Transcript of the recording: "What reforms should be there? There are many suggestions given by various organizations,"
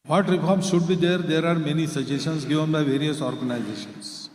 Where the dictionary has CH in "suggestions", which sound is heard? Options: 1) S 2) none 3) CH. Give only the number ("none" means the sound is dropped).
2